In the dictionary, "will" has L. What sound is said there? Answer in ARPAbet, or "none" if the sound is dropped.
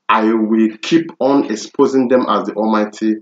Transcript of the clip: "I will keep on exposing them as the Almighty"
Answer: L